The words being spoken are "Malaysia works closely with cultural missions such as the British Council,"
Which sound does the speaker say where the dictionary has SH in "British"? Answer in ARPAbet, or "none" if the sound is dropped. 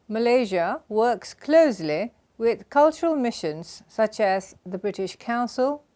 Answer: SH